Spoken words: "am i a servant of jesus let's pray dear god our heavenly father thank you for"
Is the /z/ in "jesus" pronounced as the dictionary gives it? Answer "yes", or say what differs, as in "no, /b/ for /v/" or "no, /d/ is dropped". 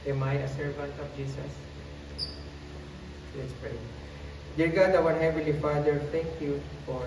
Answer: no, /s/ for /z/